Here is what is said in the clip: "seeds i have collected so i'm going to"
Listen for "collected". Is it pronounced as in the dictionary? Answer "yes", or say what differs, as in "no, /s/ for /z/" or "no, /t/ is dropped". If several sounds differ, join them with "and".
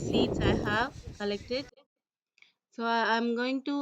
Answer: yes